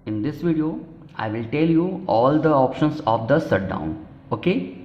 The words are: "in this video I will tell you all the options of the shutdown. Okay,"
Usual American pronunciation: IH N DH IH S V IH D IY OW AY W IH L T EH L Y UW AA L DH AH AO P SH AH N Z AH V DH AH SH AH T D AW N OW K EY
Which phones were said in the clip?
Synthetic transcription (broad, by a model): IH N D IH S V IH D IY OW AY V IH L T EH L Y UW AA L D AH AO P SH AH N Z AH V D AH S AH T D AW N OW K EY